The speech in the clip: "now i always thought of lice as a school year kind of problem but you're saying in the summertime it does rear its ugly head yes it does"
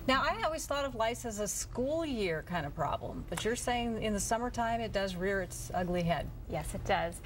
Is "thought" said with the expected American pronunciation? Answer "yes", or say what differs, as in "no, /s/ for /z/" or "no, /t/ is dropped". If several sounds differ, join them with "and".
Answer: yes